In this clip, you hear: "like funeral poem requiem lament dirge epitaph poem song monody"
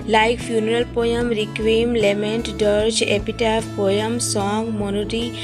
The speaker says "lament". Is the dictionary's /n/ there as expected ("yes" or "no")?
yes